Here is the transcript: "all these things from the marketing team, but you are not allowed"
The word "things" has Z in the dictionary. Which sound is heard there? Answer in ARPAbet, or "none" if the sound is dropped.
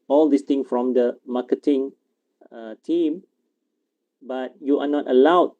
none